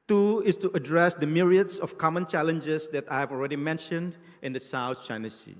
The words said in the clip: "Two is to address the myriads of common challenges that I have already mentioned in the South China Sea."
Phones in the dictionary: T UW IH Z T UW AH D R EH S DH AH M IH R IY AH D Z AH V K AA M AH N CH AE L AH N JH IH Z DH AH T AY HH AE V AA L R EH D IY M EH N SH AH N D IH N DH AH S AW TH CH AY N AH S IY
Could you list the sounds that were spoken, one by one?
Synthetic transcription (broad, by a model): T UW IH S T UW AH D R EH S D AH M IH R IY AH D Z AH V K AA M AH N CH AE L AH N JH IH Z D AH T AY HH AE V AA L R EH D IY M EH N SH AH N D IH N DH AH S AW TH CH AY N AH S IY